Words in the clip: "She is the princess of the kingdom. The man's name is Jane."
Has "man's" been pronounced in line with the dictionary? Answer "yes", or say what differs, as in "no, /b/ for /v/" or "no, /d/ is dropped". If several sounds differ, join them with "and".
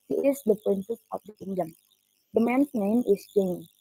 no, /s/ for /z/